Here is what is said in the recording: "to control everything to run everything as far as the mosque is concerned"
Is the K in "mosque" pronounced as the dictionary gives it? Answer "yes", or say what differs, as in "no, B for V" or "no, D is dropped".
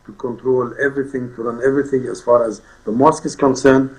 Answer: yes